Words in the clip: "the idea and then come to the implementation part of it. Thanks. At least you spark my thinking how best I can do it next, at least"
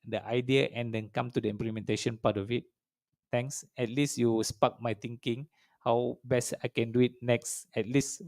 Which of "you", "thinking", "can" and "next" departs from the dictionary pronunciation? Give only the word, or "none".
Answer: thinking